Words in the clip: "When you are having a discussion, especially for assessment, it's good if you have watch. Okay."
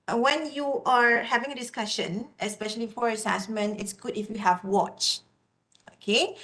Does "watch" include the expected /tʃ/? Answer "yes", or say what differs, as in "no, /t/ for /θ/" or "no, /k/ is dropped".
yes